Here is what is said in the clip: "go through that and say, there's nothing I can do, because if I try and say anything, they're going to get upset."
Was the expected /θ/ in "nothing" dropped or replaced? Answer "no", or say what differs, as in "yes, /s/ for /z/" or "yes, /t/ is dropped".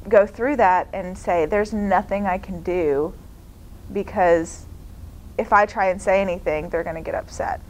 no